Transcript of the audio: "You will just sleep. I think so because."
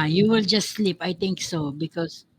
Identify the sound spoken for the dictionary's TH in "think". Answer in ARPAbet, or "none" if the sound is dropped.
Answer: T